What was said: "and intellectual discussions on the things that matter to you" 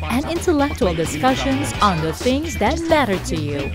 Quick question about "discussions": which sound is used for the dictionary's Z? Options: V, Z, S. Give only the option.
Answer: Z